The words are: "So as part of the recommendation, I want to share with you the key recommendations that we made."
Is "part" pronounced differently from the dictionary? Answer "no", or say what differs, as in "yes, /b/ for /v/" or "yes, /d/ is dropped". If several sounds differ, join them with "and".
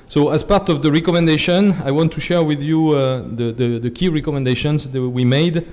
no